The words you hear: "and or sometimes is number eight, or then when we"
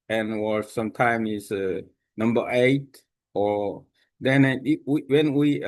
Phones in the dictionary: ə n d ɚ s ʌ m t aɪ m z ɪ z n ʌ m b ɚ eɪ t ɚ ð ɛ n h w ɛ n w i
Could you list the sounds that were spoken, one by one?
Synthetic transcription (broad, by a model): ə n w ɚ s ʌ m t aɪ m ɪ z n ʌ m b ɚ eɪ t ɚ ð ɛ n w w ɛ n w i